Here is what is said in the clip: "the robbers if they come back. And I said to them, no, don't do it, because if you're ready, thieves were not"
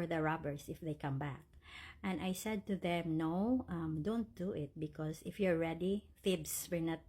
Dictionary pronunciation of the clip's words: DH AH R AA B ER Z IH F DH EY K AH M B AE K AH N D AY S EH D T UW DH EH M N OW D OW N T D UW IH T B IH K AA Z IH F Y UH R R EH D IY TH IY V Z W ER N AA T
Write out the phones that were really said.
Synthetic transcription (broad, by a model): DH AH R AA B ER S IH F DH EY K AH M B AE K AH N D AY S EH D T UW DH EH M N OW D OW N T D UW IH T B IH K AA S IH F Y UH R R EH D IY F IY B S W ER N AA T